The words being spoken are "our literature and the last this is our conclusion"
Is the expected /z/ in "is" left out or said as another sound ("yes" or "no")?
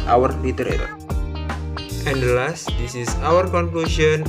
yes